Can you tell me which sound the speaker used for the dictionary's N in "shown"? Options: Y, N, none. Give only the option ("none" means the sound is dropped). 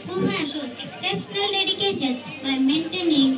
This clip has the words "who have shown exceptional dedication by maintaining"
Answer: none